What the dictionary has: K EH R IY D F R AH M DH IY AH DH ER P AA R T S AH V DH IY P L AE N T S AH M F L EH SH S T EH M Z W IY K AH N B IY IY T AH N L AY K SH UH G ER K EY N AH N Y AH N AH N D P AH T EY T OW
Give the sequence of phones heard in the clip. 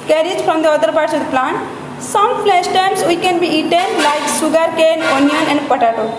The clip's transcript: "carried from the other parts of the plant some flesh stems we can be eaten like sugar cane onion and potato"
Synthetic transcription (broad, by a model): K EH R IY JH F R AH M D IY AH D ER P AA R T S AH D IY P L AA N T S AH M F L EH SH T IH M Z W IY K AH N B IY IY T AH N L AY K S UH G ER K EY N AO N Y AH N AH N D P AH T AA T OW